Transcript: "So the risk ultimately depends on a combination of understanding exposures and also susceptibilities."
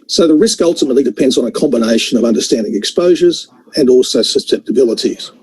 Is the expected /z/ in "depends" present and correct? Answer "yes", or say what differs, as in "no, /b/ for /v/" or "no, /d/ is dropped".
yes